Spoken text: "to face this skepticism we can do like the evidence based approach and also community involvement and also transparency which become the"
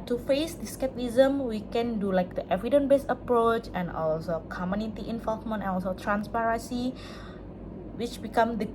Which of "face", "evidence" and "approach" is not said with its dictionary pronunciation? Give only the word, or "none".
evidence